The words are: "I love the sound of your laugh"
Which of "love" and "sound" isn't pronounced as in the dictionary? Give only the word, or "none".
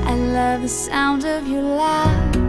none